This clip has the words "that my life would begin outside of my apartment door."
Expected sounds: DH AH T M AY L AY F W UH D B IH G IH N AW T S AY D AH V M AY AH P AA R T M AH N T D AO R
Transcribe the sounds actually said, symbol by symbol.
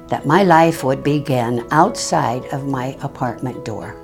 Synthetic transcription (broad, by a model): DH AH T M AY L AY F W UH D B IH G IH N AW T S AY D AH V M AY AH P AA R T M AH N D AO R